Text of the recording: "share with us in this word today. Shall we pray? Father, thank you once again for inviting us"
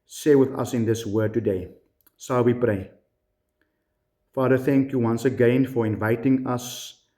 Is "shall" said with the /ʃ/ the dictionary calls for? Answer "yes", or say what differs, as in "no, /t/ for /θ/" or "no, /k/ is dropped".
no, /s/ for /ʃ/